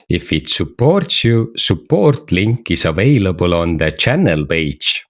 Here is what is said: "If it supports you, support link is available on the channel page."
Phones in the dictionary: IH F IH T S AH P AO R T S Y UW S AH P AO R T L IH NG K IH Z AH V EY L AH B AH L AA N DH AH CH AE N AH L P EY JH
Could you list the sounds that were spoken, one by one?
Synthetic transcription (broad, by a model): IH F IH T S AH P AO R T S Y UW S AH P AO R T L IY NG K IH S AH V EY L AH B AH L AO N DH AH CH AE N AH L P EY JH